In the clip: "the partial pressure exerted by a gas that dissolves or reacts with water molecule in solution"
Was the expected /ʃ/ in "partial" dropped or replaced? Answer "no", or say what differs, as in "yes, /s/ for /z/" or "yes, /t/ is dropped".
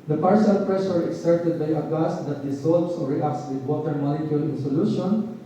yes, /s/ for /ʃ/